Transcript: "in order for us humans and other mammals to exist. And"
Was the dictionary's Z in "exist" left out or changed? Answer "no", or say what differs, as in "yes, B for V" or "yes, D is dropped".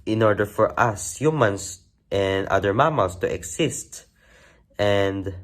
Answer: yes, S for Z